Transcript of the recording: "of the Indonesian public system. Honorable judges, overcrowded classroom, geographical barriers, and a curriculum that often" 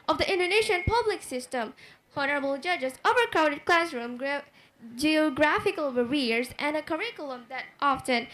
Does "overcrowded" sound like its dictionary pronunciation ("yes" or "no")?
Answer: no